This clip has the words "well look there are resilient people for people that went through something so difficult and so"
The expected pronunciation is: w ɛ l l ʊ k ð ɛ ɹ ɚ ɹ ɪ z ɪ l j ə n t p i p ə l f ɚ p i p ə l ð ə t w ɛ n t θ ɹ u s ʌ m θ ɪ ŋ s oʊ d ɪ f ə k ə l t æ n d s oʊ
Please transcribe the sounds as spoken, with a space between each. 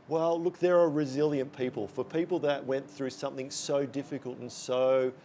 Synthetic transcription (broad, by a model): w ɛ l l ʊ k ð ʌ ɹ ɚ ɹ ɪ z ɪ l j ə n p i p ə l f ɚ p i p l ð ə t w ɛ n θ ɹ u s ʌ m θ ɪ ŋ s oʊ d ɪ f ə k ə l t n s oʊ